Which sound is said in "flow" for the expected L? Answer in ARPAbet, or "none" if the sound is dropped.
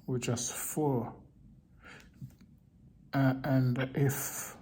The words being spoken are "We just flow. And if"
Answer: none